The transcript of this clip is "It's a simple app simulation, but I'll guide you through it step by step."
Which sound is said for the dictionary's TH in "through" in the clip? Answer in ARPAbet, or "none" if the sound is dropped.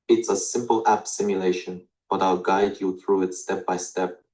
TH